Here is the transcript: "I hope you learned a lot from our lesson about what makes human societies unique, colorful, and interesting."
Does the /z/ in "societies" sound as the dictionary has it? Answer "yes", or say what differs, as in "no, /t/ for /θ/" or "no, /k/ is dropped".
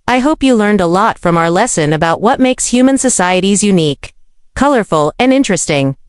yes